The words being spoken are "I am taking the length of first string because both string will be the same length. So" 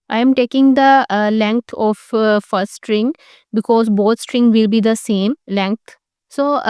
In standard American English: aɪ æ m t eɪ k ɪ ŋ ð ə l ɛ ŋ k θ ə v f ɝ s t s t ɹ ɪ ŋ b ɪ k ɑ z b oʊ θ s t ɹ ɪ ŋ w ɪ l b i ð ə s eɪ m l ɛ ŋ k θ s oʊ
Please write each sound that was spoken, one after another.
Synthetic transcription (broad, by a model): aɪ m t eɪ k ɪ ŋ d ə l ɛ ŋ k t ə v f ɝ t s t ɹ ɪ ŋ b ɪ k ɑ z b oʊ t s t ɹ ɪ ŋ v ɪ l b i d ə s eɪ m l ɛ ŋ k t s oʊ